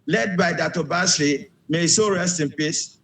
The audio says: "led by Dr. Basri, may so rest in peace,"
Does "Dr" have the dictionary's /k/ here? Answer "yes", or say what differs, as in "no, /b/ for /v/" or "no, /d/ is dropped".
no, /k/ is dropped